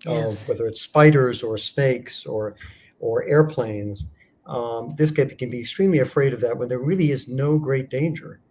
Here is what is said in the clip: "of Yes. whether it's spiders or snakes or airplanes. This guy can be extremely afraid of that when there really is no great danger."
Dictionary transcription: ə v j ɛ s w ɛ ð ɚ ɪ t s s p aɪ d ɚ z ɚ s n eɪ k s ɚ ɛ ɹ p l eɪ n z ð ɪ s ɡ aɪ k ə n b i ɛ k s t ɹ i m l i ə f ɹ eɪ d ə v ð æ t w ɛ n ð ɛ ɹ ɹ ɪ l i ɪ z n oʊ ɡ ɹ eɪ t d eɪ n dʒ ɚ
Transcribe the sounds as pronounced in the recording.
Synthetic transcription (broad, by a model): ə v w ɛ ð ɚ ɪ t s s p aɪ d ɚ z ɚ s n eɪ k s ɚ ɛ ɹ p l eɪ n z ð ɪ s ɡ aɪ k ə n b i ɛ k s t ɹ i m l i ə f ɹ eɪ d ə v ð æ t w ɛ n ð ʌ ɹ ɹ ɪ l i ɪ z n oʊ ɡ ɹ eɪ t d eɪ n dʒ ɚ